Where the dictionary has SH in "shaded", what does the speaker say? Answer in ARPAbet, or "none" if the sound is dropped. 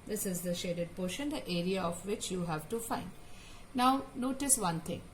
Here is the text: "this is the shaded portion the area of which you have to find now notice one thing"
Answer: SH